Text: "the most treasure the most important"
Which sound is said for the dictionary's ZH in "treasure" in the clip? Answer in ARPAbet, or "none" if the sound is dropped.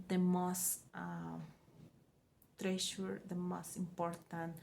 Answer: SH